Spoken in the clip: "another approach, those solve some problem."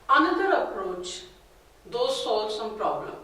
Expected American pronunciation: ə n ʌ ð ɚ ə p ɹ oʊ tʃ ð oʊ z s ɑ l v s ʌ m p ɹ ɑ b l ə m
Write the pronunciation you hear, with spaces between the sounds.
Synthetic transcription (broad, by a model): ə n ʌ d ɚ ə p ɹ oʊ tʃ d oʊ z s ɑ l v s ʌ m p ɹ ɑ b l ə m